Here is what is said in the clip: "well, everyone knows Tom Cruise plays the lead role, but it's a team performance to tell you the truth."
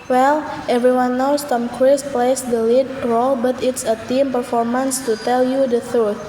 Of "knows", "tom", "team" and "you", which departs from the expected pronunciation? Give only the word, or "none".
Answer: knows